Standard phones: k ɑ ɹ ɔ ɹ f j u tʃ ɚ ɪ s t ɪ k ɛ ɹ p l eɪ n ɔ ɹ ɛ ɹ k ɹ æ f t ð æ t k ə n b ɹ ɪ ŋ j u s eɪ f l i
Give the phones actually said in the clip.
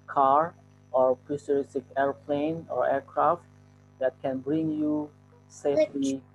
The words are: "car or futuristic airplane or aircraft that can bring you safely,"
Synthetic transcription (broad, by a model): k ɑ ɹ ɔ ɹ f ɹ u s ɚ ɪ s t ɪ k ɛ ɹ p l eɪ n ɔ ɹ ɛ ɹ k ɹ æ f t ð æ t k ə n b ɹ ɪ ŋ j u s eɪ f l i